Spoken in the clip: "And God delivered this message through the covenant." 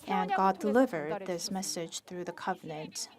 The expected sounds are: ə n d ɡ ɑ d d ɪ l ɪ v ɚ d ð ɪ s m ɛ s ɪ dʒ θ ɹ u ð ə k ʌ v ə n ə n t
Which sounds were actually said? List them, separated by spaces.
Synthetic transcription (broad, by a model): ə n ɡ ɑ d d ɪ l ɪ v ɚ d ð ɪ s m ɛ s ɪ dʒ θ ɹ u ð ə k ʌ v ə n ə n t